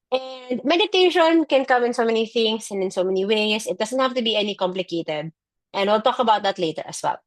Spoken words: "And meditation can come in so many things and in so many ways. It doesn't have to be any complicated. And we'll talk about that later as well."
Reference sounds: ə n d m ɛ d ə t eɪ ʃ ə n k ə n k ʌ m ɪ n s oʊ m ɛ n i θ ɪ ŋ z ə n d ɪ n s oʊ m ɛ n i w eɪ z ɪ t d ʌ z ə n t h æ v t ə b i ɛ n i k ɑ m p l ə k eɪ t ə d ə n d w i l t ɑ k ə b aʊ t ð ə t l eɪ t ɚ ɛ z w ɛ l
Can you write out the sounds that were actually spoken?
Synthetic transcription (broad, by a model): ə n d m ɛ d ə t eɪ ʃ ə n k ə n k ʌ m ɪ n s oʊ m ɛ n i θ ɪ ŋ s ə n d ɪ n s oʊ m ɛ n i w eɪ s ɪ t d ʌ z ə n t h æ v t ə b i ɛ n i k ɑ m p l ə k eɪ t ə d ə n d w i l t ɑ k ə b aʊ t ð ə t l eɪ t ɚ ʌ s w ɛ l